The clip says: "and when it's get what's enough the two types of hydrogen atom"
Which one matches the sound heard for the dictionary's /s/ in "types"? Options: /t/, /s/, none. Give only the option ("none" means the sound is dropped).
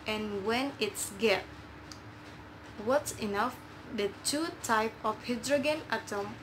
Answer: none